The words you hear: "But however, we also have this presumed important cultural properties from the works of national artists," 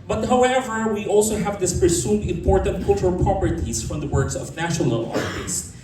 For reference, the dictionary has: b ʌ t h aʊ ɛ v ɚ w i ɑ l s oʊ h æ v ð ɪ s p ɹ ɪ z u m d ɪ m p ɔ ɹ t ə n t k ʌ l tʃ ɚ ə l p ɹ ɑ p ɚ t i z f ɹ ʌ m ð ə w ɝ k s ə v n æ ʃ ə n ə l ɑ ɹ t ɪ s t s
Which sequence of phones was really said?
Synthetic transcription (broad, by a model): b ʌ t h aʊ ɛ v ɚ w i ɑ l s oʊ h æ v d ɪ s p ɹ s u d ɪ m p ɔ ɹ t ə n t k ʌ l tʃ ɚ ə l p ɹ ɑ p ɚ t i s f ɹ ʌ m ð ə w ɝ k s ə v n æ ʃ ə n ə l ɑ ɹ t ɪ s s